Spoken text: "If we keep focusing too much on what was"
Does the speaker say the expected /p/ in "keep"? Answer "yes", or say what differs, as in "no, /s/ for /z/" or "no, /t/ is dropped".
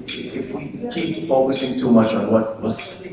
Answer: no, /b/ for /p/